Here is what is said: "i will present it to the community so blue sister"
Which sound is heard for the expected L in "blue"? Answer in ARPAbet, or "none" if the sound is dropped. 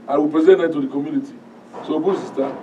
none